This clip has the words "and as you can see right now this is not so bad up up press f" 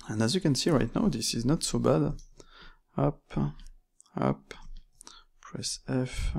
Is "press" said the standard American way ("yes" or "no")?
yes